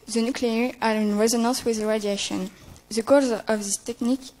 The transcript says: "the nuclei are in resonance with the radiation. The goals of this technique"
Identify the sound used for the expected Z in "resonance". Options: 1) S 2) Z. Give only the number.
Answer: 2